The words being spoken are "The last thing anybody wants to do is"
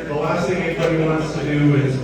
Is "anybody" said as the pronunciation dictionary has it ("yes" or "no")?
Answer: no